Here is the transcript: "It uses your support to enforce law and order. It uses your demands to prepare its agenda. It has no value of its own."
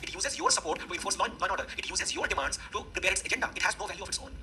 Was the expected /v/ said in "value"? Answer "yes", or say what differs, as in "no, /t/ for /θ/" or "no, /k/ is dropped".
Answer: yes